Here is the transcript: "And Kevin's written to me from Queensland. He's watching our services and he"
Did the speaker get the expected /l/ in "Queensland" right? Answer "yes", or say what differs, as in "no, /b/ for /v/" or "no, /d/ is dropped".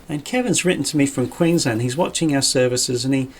no, /l/ is dropped